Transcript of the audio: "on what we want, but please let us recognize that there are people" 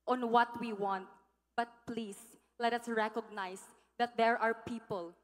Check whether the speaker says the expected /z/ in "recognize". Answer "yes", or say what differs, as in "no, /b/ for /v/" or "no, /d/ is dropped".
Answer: no, /s/ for /z/